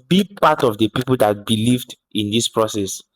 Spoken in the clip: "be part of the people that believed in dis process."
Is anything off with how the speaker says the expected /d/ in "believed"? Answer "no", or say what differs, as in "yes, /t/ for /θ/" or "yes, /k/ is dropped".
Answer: no